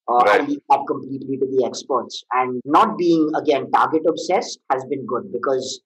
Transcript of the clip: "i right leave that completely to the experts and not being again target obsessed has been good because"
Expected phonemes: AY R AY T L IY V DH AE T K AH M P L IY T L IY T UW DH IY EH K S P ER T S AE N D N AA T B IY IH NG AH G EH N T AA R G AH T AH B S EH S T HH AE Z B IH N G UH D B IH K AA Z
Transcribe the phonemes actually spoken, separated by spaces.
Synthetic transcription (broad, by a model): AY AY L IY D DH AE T K AH M P L IY T L IY T UW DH IY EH K S P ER T S AE N D N AA T B IY IH NG AH G EH N T AA R G AH T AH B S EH S T HH AE Z B IH N G UH D B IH K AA Z